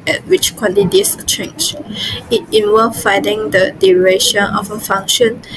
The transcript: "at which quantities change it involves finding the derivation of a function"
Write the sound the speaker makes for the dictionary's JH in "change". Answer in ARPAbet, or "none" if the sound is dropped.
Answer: CH